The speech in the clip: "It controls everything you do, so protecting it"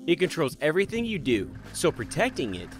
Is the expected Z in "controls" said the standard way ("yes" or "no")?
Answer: yes